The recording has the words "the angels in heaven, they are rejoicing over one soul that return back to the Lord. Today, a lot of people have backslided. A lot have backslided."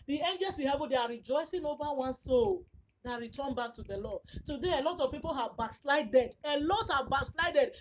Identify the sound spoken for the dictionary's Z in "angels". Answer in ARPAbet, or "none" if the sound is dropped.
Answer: S